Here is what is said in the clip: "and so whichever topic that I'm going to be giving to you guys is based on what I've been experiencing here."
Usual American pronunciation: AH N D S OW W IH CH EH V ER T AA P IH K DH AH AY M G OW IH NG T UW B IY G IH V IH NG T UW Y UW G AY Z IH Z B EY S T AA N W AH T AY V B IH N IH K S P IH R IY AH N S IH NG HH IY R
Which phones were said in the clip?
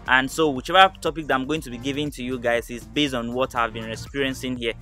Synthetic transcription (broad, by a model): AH N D S OW W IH CH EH V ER T AA P IH K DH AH AY M G OW IH NG T UW B IY G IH V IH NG T UW Y UW G AY Z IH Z B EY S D AA N W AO T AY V B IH N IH S P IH R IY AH N S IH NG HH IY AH